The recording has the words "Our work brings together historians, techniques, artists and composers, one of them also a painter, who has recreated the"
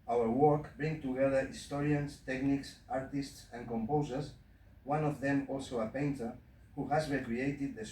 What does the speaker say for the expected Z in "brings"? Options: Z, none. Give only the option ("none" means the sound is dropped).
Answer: none